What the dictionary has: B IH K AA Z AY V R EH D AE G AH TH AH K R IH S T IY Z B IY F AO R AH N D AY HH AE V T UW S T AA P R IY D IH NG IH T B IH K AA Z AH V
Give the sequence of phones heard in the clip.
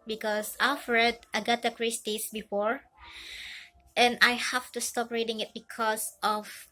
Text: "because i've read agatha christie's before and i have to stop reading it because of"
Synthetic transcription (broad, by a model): B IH K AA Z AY F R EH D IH G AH T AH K R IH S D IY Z B IY F AO R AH N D AY HH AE F T UW S T AA P R IY D IH NG IH T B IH K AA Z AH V